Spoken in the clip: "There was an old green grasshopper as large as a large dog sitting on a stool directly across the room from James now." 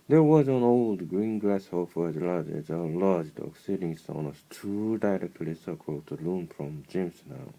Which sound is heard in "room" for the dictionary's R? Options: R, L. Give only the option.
L